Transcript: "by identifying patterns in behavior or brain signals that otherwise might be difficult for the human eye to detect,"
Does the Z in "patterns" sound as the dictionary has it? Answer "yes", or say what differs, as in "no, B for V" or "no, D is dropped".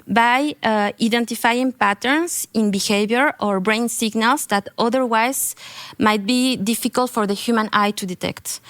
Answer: no, S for Z